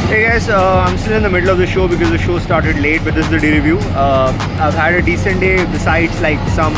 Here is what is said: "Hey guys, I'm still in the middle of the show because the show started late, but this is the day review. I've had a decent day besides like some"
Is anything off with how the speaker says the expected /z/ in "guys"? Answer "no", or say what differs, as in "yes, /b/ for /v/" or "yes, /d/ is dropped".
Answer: yes, /s/ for /z/